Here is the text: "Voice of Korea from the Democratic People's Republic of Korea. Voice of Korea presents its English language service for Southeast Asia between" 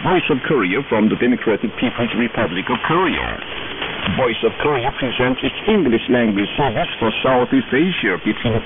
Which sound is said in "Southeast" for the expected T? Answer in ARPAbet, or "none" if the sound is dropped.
none